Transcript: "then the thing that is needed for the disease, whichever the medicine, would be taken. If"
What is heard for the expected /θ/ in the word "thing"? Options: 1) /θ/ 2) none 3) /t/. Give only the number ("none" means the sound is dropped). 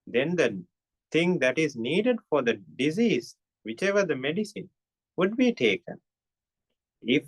3